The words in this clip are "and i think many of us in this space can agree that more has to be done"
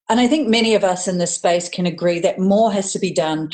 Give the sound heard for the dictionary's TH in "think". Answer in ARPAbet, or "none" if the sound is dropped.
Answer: TH